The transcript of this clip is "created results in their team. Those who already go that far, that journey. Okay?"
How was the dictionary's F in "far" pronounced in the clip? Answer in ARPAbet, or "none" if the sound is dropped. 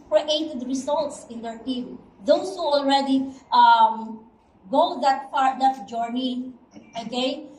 P